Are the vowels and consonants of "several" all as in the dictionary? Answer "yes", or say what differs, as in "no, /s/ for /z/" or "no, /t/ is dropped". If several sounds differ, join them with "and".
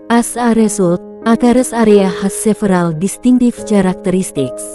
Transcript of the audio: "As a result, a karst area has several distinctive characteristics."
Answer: no, /f/ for /v/